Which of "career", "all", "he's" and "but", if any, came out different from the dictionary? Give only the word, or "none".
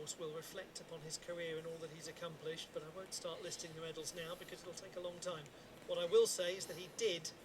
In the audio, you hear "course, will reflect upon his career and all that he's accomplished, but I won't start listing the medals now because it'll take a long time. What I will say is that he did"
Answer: none